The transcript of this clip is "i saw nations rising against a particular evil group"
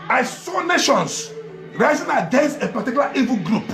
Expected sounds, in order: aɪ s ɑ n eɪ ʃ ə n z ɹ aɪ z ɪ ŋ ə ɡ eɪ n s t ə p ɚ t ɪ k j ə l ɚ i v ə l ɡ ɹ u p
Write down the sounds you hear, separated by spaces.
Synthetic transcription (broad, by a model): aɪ s ɑ n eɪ ʃ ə n s ɹ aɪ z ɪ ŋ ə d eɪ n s ə p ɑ t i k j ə l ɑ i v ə ɡ ɹ u p